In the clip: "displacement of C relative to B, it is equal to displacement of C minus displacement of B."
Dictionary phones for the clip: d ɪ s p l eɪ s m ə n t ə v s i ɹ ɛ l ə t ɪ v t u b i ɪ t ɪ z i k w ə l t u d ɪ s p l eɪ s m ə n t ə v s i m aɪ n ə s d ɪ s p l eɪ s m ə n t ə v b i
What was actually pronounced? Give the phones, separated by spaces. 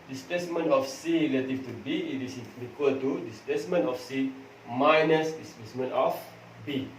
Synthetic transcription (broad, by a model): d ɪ s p l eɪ s m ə n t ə f s i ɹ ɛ l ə t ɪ f t u b i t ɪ s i k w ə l t u d ɪ s p l eɪ s m ə n t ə f s i m aɪ n ə s d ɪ s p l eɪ s m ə n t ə f b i